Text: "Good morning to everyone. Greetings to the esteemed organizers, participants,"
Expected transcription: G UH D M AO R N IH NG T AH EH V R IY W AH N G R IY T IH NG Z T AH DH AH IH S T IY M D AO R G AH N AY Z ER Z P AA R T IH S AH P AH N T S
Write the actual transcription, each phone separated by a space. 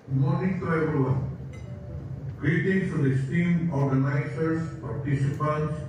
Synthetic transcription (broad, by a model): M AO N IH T T AH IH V IY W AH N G R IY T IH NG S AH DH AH S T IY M AO R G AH N AY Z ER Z P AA R T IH S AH P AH N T S